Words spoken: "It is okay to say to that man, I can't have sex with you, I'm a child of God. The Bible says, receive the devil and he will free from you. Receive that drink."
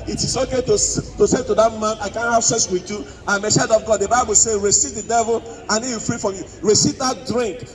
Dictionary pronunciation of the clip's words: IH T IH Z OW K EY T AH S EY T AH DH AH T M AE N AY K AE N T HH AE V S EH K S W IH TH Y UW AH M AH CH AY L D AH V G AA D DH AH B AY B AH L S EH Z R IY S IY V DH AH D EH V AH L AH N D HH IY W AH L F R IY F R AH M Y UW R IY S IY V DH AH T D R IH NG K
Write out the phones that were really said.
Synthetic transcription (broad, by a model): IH T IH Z OW K EY T AH S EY T AH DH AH T M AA N AY K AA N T HH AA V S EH S W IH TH Y UW AH M AH S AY D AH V G AA D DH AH B AY B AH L S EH R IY S IY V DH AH D EH V AH L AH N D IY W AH F R IY F R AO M Y UW R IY S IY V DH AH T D R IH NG K